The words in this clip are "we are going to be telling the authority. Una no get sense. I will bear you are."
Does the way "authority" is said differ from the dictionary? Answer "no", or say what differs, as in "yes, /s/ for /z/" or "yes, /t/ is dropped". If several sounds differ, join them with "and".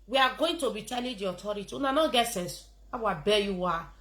yes, /t/ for /θ/